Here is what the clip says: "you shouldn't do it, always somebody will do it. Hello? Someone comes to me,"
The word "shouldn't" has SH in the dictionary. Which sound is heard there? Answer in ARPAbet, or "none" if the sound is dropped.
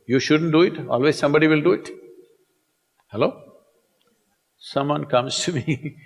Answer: SH